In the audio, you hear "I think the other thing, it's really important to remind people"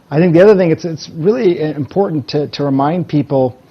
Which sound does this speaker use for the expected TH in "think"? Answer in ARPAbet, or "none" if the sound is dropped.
TH